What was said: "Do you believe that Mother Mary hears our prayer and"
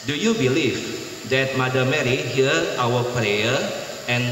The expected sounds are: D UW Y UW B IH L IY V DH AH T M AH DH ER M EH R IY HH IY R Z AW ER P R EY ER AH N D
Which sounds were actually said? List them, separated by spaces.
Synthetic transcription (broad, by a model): D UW Y UW B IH L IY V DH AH T M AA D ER M EH R IY HH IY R AW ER P R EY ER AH N